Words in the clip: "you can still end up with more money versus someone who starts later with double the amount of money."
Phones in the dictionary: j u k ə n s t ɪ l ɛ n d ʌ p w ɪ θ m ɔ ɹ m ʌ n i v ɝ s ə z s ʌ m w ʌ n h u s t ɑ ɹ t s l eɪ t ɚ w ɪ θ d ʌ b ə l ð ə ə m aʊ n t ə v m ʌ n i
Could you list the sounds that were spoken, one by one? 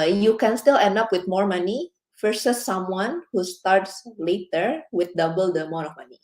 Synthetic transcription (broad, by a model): j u k ə n s t ɪ l ɛ n d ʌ p w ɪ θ m ɔ ɹ m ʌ n i f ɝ s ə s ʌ m w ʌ n h u s t ɑ ɹ t s l eɪ t ɚ w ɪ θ d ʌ b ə l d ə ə m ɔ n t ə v m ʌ n i